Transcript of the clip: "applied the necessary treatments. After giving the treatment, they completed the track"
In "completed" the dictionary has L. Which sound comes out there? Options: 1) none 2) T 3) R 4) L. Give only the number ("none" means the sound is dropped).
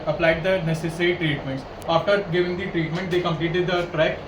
4